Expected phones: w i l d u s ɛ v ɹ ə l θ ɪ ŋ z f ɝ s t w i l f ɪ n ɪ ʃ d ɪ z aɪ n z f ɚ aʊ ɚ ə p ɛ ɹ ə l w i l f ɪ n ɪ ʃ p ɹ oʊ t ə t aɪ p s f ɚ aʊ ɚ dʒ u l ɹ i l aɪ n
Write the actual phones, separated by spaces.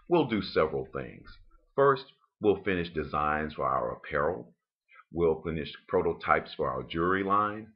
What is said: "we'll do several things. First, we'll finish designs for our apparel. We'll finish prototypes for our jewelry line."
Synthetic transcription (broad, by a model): w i l d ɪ s ɛ v ɹ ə l θ ɪ ŋ z f ɝ s t w i l f ɪ n ɪ ʃ d ɪ z aɪ n z f ɚ aʊ ɚ p ɛ ɹ l w i l f ɪ n ɪ ʃ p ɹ oʊ t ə t aɪ p s f ɚ aʊ ɚ dʒ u ɹ i l aɪ n